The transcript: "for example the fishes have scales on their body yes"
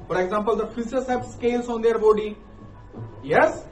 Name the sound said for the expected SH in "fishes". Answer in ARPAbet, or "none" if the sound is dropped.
S